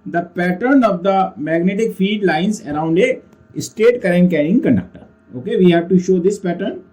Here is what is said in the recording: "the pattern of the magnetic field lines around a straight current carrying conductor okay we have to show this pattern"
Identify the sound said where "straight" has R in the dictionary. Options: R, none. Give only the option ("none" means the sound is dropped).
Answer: none